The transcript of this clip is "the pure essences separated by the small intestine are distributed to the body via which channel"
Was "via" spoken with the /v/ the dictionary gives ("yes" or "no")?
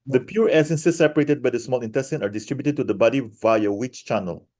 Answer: yes